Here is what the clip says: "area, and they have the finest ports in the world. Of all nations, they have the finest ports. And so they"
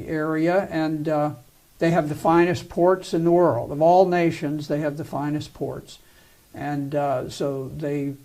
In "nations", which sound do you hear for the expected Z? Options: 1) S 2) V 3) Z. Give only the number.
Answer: 3